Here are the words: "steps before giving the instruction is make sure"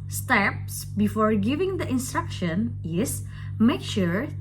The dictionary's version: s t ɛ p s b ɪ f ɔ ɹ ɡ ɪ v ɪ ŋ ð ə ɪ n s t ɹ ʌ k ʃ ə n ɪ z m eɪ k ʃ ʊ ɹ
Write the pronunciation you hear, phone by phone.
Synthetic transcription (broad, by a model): s t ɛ p s b ɪ f ɔ ɹ ɡ ɪ v ɪ ŋ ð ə ɪ n s t ɹ ʌ k ʃ ə n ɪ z m eɪ k ʃ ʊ ɹ